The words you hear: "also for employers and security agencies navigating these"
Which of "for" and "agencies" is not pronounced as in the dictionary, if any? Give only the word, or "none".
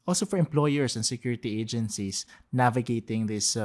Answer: agencies